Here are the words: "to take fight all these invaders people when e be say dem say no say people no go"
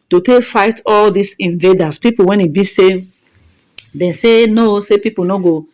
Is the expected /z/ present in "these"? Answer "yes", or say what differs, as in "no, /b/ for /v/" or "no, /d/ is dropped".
no, /s/ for /z/